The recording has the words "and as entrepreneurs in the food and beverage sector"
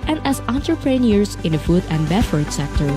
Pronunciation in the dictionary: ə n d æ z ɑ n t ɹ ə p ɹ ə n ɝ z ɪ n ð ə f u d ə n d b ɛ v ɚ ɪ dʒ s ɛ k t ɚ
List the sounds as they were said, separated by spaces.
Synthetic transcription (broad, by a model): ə n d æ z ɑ n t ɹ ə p ɹ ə n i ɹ ɪ n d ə f u d ə n d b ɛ f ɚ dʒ s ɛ k t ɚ